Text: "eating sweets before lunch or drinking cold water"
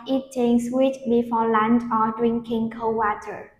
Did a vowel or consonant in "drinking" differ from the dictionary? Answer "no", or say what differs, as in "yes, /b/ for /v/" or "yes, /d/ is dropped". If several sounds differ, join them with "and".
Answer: no